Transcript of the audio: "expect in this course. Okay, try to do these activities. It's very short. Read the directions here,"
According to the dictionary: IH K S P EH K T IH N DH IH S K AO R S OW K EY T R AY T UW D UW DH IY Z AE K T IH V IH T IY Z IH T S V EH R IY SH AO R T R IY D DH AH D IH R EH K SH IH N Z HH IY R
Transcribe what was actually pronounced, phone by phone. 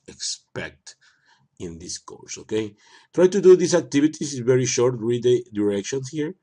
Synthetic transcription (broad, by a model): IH K S P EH K T IH N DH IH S K AO R S OW K EY T R AY T UW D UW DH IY S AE K T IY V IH T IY S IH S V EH R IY SH AO R T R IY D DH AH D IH R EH K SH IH N S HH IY R